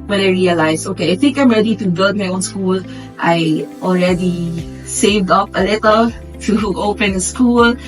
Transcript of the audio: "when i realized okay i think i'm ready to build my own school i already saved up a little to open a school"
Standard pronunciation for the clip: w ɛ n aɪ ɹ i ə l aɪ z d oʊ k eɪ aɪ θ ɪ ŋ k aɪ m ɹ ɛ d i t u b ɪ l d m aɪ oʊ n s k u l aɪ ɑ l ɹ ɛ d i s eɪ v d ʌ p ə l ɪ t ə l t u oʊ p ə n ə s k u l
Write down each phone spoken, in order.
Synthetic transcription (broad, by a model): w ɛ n aɪ ɹ i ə l aɪ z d oʊ k eɪ aɪ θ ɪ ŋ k aɪ m ɹ ɛ d i t u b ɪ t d m aɪ oʊ n s k u l aɪ ɑ l ɹ ɛ d i s eɪ v d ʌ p ə l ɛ t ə t u oʊ p ə n ə s k u l